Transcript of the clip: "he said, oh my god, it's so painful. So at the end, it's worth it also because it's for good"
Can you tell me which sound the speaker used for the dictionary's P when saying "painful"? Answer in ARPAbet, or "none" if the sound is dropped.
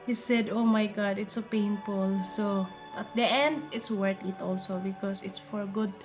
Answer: P